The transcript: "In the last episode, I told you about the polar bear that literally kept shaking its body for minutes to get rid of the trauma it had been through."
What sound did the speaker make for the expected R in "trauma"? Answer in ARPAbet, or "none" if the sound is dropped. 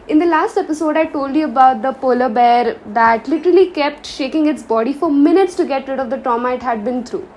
none